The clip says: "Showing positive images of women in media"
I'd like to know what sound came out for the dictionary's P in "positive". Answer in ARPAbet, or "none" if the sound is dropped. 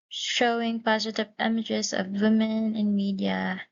P